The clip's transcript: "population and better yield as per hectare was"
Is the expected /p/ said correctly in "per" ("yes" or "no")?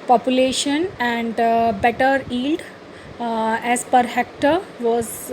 yes